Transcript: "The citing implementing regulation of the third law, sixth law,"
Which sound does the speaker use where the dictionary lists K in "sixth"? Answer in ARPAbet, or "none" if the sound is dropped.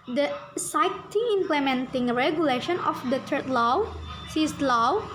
none